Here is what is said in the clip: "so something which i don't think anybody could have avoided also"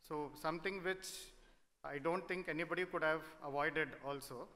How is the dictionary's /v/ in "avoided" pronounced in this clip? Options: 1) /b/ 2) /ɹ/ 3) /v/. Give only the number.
3